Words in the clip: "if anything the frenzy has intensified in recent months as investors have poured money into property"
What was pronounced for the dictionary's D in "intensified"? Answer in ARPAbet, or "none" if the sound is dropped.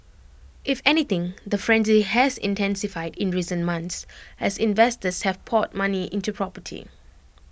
D